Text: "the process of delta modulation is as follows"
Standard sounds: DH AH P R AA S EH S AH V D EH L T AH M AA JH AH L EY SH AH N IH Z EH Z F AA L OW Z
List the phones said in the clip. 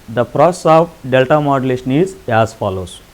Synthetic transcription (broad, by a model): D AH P R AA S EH S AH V D EH L T AH M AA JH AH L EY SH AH N IH Z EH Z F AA L OW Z